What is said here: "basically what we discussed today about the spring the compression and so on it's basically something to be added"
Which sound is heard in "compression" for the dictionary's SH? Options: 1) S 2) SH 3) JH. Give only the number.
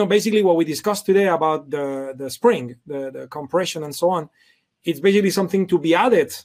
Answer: 2